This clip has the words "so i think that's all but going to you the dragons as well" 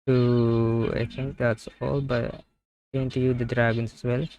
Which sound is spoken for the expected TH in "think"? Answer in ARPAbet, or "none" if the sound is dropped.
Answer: T